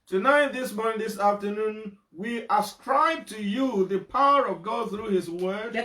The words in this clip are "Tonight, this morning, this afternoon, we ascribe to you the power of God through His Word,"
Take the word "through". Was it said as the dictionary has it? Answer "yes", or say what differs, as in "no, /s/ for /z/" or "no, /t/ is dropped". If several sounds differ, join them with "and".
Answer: yes